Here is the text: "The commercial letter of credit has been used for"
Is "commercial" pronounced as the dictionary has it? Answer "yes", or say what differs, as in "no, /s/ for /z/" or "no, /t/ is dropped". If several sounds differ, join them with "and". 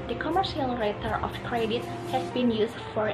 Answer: yes